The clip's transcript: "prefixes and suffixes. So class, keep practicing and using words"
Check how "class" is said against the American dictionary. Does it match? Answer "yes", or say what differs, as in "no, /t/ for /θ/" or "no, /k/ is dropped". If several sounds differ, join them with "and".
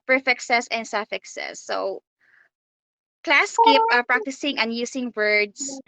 yes